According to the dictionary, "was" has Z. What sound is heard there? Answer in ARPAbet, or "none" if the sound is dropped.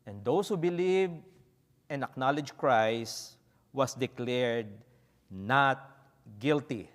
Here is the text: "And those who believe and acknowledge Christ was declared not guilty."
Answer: S